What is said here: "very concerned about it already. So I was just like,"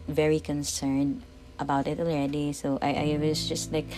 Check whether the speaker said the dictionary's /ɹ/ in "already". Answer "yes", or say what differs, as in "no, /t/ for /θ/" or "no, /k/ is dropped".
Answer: no, /ɹ/ is dropped